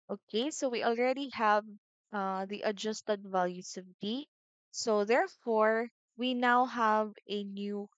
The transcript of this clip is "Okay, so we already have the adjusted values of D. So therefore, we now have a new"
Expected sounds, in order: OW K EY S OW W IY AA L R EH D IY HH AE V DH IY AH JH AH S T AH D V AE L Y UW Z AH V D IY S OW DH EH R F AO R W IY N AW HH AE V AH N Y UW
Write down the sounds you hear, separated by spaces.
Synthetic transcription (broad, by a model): OW K EY S OW W IY AA L R EH D IY HH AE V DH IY AH JH AH S T AH D V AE L Y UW S AH V D IY S OW DH EH R F AO R W IY N AW HH AE V AH N Y UW